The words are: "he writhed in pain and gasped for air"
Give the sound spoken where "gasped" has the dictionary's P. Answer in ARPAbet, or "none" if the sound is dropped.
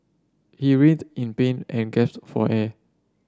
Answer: none